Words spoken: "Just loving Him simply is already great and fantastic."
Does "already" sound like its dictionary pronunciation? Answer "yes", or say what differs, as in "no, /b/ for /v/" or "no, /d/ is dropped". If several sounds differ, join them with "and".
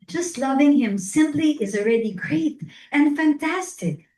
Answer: yes